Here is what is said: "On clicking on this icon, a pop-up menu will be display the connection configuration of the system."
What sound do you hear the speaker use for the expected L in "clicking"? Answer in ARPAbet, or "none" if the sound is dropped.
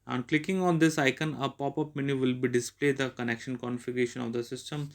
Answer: L